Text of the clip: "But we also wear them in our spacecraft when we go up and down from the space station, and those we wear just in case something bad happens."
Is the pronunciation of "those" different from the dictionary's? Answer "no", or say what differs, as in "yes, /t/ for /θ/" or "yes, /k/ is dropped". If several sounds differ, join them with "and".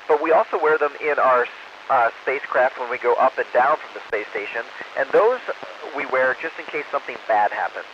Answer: no